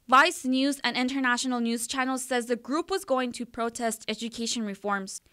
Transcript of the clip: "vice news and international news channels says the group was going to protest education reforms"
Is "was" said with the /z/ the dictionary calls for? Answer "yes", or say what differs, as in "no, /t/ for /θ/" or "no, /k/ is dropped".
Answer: yes